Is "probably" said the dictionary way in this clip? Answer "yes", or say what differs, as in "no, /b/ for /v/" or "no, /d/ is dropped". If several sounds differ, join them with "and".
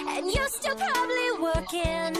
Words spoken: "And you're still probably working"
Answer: yes